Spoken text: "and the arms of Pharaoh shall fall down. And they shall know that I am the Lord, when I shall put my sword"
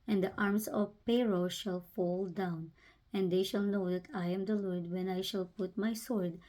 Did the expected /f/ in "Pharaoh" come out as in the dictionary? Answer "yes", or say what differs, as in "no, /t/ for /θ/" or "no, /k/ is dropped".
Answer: no, /p/ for /f/